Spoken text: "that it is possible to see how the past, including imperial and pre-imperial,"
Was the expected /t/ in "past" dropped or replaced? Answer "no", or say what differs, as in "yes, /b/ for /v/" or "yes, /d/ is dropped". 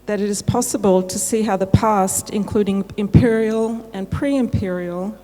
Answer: no